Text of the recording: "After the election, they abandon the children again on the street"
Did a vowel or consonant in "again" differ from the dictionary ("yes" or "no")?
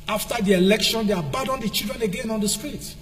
no